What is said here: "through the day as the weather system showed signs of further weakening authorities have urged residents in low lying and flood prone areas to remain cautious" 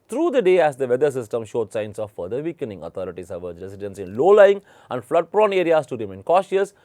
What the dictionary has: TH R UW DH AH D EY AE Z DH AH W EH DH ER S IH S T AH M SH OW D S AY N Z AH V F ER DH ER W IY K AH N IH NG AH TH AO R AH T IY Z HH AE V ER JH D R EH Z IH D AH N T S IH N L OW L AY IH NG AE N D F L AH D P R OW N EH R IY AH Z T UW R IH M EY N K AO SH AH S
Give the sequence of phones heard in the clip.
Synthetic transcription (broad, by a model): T R UW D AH D EY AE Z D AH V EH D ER S IH S T AH M SH OW D S AY N S AH V F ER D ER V IY K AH N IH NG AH T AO R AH T IY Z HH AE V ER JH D R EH S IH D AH N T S IH N L OW L AY IH NG AE N D F L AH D P R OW N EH R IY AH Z T UW R IH M EY N K AO SH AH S